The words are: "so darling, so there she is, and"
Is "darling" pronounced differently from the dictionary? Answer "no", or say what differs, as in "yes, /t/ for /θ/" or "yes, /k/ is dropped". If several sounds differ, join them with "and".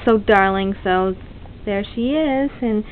no